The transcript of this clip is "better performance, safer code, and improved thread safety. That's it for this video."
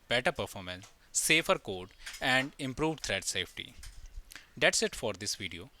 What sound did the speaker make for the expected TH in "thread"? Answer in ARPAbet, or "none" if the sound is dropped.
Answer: T